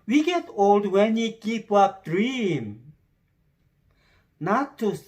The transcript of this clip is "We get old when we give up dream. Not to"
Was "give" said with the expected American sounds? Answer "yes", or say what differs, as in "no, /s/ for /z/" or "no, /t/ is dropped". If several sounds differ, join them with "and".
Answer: no, /p/ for /v/